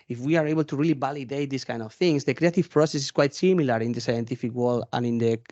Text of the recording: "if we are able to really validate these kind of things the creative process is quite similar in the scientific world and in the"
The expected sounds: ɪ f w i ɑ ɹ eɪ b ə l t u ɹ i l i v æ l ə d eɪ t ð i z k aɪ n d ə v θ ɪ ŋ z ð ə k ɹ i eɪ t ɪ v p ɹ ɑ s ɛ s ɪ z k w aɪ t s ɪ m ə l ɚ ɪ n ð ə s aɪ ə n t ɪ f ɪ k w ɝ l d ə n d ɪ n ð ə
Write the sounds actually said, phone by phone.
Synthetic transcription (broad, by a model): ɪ f w i ɑ ɹ eɪ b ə l t u ɹ i l i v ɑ l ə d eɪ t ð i s k aɪ n d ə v θ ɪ ŋ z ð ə k ɹ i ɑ t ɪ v p ɹ ɑ s ɛ s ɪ s k w aɪ t s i m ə l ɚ ɪ n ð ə s aɪ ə n t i f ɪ k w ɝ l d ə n ɪ n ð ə